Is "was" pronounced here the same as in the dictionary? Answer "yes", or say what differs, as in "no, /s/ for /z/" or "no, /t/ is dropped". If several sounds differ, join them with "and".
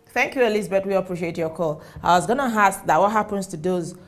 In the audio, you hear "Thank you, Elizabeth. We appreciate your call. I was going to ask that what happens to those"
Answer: yes